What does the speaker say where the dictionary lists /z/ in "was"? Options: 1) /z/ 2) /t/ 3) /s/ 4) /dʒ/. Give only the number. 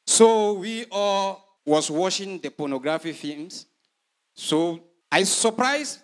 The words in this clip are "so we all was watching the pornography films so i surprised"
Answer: 3